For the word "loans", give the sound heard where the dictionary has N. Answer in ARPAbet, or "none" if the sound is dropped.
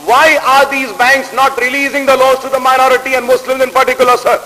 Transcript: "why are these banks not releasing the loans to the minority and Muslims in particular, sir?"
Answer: none